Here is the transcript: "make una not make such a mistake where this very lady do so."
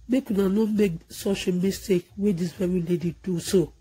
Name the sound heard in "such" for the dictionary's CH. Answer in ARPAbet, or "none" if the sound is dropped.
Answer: SH